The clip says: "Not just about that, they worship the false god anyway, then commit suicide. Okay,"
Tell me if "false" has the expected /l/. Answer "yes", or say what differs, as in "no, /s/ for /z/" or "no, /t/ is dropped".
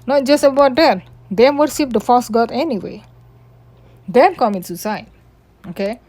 no, /l/ is dropped